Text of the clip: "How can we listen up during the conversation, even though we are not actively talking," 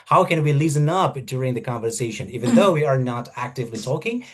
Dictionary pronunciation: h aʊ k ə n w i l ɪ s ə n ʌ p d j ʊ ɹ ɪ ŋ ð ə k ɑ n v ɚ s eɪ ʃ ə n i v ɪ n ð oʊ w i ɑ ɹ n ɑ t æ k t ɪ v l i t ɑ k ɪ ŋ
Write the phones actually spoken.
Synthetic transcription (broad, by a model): h aʊ k ə n w i l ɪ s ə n ʌ p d j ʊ ɹ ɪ ŋ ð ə k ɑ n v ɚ s eɪ ʃ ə n i v ɪ n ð oʊ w i ɑ ɹ n ɑ t æ k t ɪ v l i t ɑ k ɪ ŋ